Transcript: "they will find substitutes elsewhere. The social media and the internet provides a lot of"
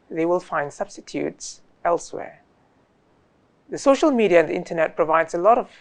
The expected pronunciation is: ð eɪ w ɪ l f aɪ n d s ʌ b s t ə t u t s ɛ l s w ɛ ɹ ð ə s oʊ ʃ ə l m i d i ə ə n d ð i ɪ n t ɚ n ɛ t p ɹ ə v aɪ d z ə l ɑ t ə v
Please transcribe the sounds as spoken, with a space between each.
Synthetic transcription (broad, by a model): ð eɪ w ɪ l f aɪ n d s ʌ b s t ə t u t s ɛ l s w ɛ ɹ ð ə s oʊ ʃ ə l m i d i ə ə n ð i ɪ n t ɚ n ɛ t p ɹ ə v aɪ d z ə l ɑ t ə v